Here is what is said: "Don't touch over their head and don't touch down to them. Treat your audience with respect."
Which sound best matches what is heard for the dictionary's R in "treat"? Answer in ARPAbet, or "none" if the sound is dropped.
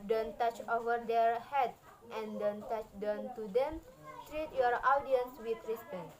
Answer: R